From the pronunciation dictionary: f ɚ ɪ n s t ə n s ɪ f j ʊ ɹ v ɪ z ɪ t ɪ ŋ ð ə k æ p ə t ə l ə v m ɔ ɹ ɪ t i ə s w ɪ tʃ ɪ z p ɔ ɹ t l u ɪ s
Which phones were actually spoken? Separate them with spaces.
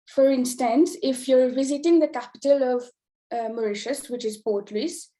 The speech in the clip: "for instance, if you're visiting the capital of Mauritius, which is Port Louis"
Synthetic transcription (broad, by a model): f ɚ ɪ n s t ə n s ɪ f j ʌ ɹ v ɪ z ɪ t ɪ ŋ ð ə k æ p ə t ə l ə v m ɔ ɹ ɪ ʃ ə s w ɪ tʃ ɪ z p ɔ ɹ t l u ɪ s